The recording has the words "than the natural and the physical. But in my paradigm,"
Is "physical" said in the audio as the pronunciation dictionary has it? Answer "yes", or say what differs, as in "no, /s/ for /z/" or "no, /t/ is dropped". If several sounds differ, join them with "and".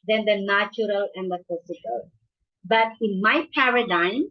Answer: no, /s/ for /z/